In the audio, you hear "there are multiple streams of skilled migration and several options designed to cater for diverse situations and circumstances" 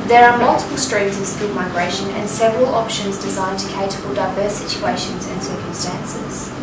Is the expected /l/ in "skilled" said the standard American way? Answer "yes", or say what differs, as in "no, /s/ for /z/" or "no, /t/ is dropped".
no, /l/ is dropped